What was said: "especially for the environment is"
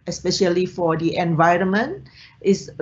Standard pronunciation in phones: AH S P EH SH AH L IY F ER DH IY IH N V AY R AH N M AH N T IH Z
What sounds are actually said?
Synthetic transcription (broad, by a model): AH S P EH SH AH L IY F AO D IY IH N V AY R AH N M AH N T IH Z